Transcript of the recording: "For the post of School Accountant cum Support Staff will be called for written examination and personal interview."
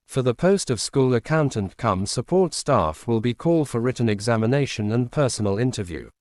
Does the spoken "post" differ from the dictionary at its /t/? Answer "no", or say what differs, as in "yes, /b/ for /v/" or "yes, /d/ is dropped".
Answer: no